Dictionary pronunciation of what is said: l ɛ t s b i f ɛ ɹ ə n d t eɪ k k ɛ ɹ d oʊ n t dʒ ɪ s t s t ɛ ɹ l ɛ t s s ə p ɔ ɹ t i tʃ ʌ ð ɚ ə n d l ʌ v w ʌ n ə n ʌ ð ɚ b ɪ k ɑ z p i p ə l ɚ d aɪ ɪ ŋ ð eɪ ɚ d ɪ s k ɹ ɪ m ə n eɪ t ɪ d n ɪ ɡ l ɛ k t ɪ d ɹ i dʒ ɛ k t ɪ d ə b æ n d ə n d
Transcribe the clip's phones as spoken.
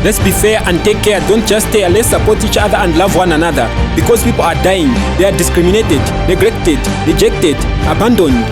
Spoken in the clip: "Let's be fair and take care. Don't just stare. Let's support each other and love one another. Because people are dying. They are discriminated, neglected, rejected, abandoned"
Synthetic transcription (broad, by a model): l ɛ t s b i f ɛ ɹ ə n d t eɪ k k ɛ ɹ d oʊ n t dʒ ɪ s s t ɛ l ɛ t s s ə p ɔ ɹ t i tʃ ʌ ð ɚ ə n d l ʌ v w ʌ n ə n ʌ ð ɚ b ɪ k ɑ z p i p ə l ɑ d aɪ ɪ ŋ ð eɪ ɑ d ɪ s k ɹ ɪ m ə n eɪ t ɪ d n ɪ ɡ l ɛ k t ɪ d ɹ i dʒ ɛ k t ɪ d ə b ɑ n d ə n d